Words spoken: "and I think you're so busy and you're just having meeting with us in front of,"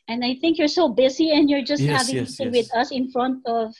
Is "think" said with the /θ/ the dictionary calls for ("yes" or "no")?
yes